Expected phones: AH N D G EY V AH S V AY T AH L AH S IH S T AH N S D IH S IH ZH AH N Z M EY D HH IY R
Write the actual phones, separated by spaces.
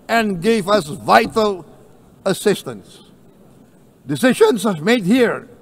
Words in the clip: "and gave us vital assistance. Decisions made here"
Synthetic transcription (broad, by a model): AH N G EY V AH S V AY T AH L AH S IH S T AH N S D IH S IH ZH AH N S M EY D HH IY R